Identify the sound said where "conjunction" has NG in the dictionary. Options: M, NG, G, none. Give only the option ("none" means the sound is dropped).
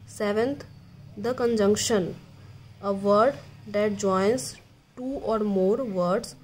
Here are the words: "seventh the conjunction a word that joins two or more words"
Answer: NG